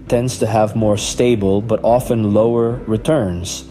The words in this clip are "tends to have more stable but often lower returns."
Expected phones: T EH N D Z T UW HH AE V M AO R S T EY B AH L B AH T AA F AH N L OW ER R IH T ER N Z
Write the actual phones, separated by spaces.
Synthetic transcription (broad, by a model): T EH N D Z T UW HH AE V M AO R S T EY B AH L B AH T AA F AH N L OW ER R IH T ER N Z